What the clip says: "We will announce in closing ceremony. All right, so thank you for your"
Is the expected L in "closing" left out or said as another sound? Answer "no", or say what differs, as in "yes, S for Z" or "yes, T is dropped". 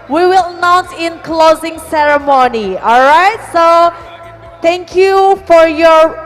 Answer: no